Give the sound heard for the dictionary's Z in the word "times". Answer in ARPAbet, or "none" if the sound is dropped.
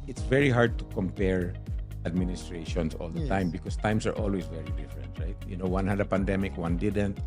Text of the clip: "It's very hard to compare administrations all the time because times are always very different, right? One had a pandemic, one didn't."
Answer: S